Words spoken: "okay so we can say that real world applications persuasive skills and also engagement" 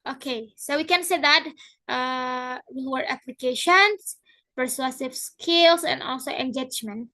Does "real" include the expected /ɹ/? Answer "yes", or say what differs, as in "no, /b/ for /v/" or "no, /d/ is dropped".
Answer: no, /w/ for /ɹ/